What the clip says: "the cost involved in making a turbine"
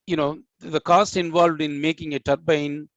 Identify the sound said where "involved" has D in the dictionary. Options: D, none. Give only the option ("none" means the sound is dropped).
D